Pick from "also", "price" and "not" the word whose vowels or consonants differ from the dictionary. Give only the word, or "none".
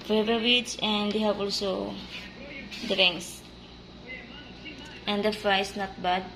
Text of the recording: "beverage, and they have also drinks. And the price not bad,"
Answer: price